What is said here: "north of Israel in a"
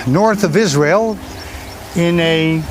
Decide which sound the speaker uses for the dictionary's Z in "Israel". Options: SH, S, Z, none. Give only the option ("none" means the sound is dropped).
Z